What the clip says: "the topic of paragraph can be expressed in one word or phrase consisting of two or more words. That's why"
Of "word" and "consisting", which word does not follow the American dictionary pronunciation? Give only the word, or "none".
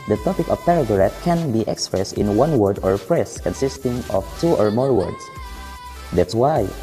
none